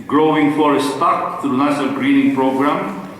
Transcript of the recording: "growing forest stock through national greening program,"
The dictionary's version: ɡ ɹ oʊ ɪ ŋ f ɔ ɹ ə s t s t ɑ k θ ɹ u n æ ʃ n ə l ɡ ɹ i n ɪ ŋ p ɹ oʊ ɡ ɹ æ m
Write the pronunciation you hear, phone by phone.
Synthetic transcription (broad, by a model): ɡ ɹ oʊ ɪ ŋ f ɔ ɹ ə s s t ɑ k t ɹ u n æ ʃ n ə l ɡ ɹ i n ɪ ŋ p ɹ oʊ ɡ ɹ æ m